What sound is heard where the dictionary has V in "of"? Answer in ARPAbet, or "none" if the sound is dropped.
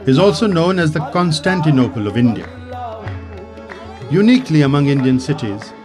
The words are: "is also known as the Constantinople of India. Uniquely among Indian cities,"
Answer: V